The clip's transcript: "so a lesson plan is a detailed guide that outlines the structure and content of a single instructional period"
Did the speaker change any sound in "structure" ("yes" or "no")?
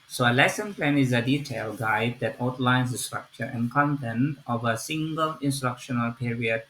no